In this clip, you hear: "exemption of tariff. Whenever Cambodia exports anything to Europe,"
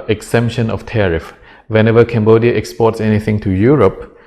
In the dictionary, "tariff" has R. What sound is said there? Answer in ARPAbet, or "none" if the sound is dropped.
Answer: R